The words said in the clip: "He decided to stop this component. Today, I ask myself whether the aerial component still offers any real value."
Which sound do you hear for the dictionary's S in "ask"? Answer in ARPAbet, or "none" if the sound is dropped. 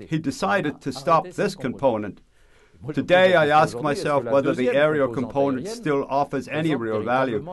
S